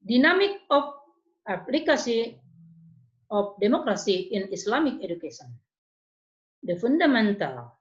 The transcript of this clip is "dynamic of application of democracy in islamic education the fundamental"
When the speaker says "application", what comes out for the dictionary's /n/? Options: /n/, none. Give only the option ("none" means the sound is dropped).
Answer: none